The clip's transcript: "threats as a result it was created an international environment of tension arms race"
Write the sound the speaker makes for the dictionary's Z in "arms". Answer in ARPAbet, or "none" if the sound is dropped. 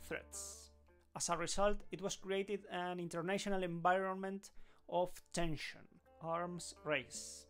S